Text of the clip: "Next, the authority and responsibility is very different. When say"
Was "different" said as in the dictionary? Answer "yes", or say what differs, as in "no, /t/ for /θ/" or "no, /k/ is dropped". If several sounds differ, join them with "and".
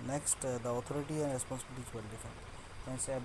no, /ɹ/ is dropped